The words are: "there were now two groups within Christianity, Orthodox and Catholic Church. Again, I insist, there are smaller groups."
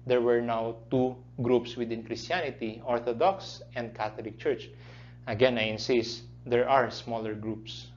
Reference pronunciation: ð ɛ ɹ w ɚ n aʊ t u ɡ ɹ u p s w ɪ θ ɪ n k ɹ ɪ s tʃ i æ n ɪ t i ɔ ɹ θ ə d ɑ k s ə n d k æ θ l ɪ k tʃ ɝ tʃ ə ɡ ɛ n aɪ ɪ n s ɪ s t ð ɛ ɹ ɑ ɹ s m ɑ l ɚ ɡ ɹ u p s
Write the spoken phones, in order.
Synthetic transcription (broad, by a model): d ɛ ɹ w ɚ n aʊ t u ɡ ɹ u p s w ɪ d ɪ n k ɹ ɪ s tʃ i n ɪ t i ɔ ɹ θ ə d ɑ k s ə n d k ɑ t l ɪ k tʃ ɝ tʃ ə ɡ ɛ n aɪ ɪ n s ɪ s t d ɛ ɹ ɑ ɹ s m ɑ l ɚ ɡ ɹ u p s